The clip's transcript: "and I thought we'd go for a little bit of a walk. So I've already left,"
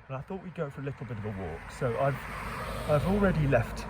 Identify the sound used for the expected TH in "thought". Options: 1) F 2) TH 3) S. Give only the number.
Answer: 2